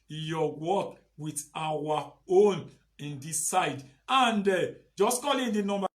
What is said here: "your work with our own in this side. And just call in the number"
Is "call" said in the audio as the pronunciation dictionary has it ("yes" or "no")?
yes